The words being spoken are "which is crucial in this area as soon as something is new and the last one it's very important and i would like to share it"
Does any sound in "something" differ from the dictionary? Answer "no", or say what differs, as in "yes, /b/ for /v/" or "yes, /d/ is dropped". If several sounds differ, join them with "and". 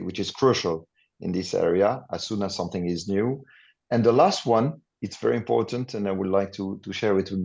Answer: no